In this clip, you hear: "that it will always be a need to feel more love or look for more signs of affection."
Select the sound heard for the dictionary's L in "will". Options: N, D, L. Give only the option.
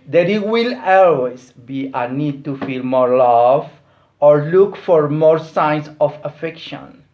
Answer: L